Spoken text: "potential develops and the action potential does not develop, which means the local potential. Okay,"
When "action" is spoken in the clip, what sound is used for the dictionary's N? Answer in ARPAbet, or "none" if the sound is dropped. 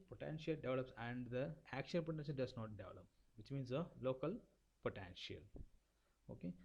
L